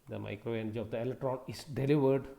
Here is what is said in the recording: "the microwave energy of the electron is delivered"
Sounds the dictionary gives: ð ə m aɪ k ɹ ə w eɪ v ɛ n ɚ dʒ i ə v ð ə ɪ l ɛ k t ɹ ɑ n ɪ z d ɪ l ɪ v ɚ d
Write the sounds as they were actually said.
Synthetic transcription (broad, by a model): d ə m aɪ k ɹ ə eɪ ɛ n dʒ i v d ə ɪ l ɛ k t ɹ ɑ n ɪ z d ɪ l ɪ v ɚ d